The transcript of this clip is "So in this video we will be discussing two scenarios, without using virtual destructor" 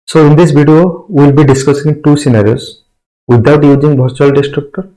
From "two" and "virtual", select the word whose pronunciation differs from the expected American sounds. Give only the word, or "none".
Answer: virtual